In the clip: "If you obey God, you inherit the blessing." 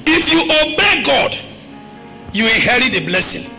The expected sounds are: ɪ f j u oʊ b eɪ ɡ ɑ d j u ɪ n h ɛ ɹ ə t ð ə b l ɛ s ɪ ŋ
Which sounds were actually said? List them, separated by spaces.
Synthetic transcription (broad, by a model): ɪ f j u oʊ b eɪ ɡ ɑ d j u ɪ h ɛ ɹ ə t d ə b l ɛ s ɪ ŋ